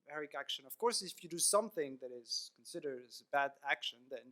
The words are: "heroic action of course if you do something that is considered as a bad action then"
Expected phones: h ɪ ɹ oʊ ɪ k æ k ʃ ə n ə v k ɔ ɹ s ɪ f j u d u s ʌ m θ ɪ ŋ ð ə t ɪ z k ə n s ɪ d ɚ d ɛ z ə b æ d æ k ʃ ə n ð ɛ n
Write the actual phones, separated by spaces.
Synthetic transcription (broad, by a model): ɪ ɹ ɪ k æ k ʃ ə n ə v k ɔ ɹ s ɪ f j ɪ d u s ʌ m θ ɪ ŋ ð ə t ɪ z k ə n s ɪ d ɚ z ə b æ d æ k ʃ ə n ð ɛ n